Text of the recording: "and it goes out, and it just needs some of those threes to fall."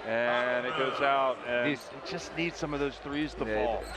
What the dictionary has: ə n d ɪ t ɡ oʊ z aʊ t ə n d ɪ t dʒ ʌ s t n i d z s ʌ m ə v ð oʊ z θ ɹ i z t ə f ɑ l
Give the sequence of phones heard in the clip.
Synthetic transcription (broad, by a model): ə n ɪ t ɡ oʊ z aʊ t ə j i ɪ t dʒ ʌ s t n i d z s ʌ m ə v ð oʊ z θ ɹ i z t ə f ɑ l